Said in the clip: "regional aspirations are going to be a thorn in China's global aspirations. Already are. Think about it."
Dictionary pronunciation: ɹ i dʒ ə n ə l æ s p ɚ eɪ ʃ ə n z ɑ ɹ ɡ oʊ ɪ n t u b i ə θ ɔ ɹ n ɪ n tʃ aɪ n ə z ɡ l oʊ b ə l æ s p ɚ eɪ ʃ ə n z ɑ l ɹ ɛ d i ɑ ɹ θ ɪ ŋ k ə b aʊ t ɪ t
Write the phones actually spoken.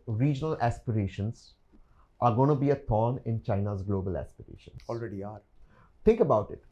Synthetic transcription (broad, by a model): ɹ i dʒ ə n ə l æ s p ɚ eɪ ʃ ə n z ɑ ɹ ɡ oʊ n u b i ə t ɔ n ɪ n tʃ aɪ n ə z ɡ l oʊ b ə l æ s p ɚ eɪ ʃ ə n ɑ l ɹ ɛ d i ɑ ɹ t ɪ ŋ k ə b aʊ t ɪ t